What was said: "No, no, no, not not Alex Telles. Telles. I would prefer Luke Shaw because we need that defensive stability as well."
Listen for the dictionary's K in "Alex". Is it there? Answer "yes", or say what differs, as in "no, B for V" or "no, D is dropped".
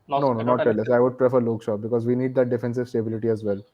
no, K is dropped